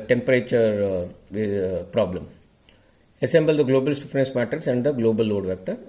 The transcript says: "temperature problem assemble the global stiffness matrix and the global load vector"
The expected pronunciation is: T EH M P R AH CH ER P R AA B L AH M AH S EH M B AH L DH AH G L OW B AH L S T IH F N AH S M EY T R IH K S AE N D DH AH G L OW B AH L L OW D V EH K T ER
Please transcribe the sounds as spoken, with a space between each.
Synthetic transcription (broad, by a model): T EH M P R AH CH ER P R AA B L AH M AH S EH M B AH L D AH G L OW B AH L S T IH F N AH S M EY T IH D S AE N D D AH G L OW B AH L L OW D V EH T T